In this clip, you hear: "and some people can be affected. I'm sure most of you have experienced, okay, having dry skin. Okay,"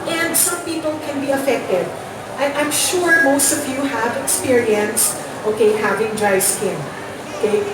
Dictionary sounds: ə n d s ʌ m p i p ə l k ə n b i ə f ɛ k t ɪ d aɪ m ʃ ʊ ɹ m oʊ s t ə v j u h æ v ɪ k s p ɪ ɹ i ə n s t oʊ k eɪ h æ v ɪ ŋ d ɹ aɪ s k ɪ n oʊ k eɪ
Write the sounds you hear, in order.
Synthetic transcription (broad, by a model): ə n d s ʌ m p i p ə l k ə n b i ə f ɛ k t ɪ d aɪ m ʃ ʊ ɹ m oʊ s t ə v j u h æ v ɪ k s p ɪ ɹ i ə n s t oʊ k eɪ h æ v ɪ ŋ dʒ aɪ s k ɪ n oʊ k eɪ